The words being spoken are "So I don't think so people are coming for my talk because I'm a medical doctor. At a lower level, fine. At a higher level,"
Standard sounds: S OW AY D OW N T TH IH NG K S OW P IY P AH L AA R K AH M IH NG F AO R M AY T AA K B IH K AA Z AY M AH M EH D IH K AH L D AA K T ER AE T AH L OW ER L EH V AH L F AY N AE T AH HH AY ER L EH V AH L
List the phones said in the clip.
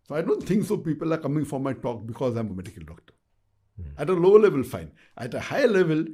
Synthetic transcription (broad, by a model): S OW AY D OW N T T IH NG K S OW P IY P AH L AA R K AH M IH NG F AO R M AY T AA K B IH K AA Z AY M AH M EH D IH K AH L D AA K T ER AE T AH L OW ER L EH V AH L F AY N AE T AH HH AY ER L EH V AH L